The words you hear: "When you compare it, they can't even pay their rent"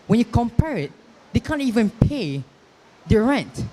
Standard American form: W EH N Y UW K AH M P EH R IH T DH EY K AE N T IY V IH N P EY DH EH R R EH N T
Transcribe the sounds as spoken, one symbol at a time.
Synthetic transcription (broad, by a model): W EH N Y UW K AH M P EH R IH T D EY K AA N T IY V IH N P EY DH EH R R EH N T